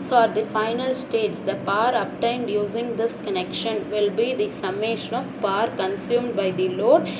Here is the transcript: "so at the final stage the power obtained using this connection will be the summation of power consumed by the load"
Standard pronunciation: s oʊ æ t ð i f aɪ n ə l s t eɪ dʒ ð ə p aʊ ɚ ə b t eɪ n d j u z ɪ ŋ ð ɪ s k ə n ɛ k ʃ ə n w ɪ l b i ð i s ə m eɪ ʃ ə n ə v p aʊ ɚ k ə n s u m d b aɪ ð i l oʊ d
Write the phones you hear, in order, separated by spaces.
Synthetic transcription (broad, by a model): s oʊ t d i f aɪ n ə l s t eɪ dʒ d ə p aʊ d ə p t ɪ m d j u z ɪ ŋ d ɪ s k ə n ɛ k ʃ ə n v ɪ l b i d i s ə m eɪ ʃ ə n ə v p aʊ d k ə n s u m d b aɪ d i l oʊ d